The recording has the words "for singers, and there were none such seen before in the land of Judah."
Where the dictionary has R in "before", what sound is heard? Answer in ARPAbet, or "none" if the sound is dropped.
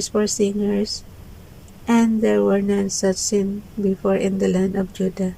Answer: R